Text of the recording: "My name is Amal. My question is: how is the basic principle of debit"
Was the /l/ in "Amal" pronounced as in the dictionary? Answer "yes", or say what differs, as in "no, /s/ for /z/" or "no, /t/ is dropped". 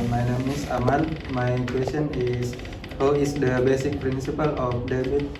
no, /n/ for /l/